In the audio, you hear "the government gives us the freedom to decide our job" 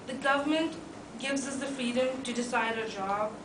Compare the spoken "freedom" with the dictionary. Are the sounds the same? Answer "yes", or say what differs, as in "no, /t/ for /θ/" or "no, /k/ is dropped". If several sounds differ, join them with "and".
yes